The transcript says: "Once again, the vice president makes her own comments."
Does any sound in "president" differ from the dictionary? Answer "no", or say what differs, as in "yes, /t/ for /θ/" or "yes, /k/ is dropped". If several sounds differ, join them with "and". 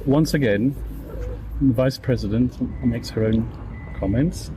no